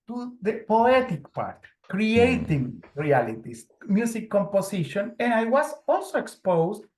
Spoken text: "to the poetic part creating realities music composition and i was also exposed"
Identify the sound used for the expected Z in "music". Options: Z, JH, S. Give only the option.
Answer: S